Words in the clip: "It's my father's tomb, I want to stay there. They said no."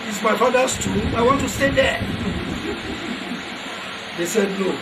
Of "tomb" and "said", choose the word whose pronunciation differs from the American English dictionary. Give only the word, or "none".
tomb